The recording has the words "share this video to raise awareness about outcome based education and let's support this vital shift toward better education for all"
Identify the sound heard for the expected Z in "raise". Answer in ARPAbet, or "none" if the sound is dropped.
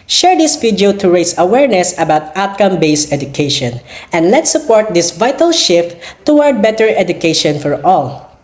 S